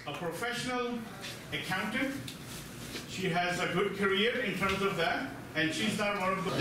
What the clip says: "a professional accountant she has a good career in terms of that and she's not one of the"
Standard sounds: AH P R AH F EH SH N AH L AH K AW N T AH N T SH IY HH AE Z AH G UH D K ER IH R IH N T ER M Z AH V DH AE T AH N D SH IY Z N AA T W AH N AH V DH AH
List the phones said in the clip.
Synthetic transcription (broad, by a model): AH P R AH F EH SH N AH L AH K AW N T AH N SH IY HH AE Z AH G UH D K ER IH R IH N T ER M Z AH V DH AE T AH N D SH IY Z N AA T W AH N AH V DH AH